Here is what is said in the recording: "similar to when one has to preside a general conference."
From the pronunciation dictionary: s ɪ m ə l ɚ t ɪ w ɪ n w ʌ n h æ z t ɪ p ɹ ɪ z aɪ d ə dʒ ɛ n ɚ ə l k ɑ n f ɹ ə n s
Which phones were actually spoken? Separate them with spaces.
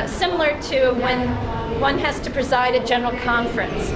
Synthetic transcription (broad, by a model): s ɪ m l ɚ t ɪ w ɪ n w ʌ n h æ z t ɪ p ɹ ɪ z aɪ d ə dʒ ɛ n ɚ l k ɑ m f ɹ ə n s